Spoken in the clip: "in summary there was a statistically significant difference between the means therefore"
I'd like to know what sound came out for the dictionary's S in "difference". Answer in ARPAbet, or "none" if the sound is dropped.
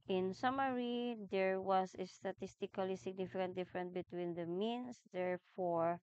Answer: none